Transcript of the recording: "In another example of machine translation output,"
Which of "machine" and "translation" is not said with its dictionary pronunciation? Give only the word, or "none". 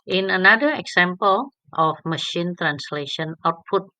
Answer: none